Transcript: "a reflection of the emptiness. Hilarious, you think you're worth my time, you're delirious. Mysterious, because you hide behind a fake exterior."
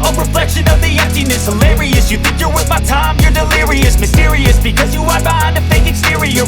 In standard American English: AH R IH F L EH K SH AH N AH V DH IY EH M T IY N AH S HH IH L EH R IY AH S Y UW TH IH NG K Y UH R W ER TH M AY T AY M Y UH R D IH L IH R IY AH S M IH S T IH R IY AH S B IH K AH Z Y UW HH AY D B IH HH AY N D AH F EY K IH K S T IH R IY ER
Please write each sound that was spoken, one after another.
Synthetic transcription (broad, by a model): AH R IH F L EH K SH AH N AH V DH IY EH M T IY N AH S HH IH L EH R IY AH S Y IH TH IH NG K Y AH R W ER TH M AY T AY M Y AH R D IH L IH R IY AH S M IH S T IH R IY AH S B IH K AH Z Y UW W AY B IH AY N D AH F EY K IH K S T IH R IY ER